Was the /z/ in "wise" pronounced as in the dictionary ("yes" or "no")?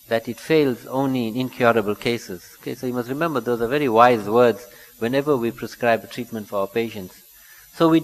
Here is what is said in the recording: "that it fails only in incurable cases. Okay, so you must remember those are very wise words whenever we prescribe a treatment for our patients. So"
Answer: yes